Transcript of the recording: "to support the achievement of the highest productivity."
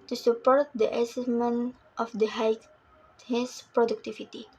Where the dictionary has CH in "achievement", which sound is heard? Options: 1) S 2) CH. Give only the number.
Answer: 1